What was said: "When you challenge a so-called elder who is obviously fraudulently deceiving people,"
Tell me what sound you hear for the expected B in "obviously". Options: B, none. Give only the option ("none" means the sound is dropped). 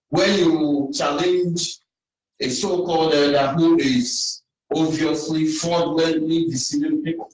none